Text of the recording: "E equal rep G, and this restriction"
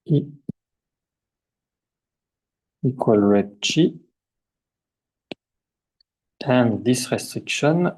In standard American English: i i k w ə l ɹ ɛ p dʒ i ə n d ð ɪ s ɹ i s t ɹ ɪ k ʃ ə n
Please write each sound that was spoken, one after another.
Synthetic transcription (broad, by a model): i i k w ə l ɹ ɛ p tʃ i ə n d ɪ s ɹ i s t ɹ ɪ k ʃ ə n